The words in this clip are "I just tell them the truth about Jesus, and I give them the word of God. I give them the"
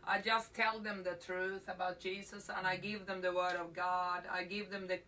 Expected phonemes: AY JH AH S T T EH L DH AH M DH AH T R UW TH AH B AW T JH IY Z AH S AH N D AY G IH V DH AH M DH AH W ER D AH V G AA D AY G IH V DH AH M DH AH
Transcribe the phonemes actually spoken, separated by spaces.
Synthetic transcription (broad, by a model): AY JH AH S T T EH L DH AH M DH AH T R UW TH AH B AW T JH IY Z AH S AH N AY G IH V DH AH M DH AH W ER D AH V G AA D AY G IH V DH AH M DH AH